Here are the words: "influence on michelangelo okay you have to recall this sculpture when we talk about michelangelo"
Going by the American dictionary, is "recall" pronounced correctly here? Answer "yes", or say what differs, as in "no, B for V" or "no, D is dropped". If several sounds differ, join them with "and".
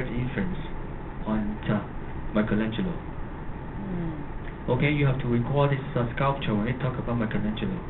yes